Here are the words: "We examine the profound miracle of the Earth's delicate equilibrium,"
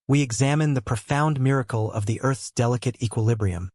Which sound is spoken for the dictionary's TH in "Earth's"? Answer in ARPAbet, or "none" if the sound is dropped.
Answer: TH